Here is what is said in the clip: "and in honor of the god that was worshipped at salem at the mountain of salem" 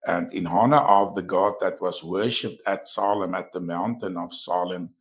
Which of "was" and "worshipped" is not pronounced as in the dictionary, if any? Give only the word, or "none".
none